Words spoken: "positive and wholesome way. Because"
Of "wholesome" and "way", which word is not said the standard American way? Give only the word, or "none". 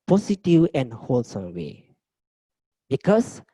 none